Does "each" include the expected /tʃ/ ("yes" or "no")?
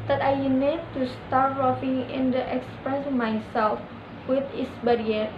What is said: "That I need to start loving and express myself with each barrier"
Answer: no